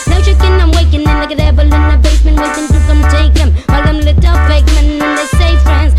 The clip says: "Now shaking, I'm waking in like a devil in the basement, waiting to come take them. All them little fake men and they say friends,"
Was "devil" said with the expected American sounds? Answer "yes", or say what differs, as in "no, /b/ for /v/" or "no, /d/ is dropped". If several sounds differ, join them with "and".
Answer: no, /b/ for /v/